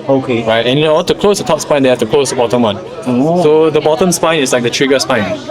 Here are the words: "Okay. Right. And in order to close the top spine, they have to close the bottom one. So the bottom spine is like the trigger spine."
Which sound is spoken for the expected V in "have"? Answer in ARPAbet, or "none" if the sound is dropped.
F